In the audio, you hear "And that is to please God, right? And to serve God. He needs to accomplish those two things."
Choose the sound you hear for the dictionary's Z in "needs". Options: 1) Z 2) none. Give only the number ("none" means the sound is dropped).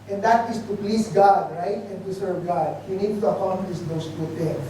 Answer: 2